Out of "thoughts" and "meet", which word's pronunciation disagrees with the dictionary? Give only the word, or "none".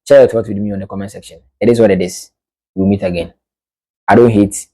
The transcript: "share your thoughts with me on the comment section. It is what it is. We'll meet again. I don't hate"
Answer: thoughts